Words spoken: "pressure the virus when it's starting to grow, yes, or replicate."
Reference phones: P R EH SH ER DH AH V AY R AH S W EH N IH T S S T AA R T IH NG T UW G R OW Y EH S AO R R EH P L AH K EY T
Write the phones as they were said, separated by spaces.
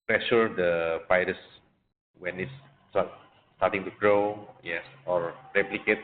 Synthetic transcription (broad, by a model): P R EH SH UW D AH P AY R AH S W EH N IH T S S T AA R T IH NG T UW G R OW Y EH S AO R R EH P L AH K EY T